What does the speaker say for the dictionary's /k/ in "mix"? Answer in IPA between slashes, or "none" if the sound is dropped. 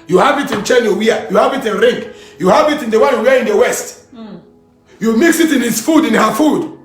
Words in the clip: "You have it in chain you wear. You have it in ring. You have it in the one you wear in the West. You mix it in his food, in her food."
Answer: /k/